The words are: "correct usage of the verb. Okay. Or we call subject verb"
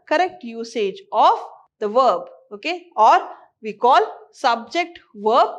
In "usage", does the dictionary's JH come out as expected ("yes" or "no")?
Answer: yes